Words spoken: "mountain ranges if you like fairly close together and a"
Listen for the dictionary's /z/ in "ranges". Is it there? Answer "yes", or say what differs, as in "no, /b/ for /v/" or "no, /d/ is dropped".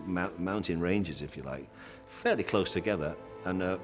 yes